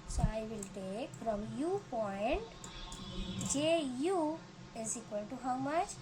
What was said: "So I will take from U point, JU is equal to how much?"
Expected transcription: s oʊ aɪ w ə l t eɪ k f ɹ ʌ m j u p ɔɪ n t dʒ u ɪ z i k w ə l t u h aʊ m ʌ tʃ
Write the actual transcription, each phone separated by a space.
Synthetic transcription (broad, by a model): s oʊ aɪ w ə l t eɪ k f ɹ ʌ m j u p ɔɪ n t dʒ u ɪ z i k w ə n t u h aʊ m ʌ tʃ